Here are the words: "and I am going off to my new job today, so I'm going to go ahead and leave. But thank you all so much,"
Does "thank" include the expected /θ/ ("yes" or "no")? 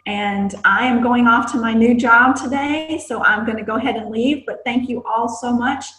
yes